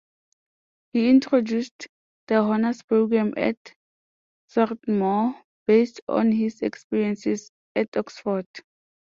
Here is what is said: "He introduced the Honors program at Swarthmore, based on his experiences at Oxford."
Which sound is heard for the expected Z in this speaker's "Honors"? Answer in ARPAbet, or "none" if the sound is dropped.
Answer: S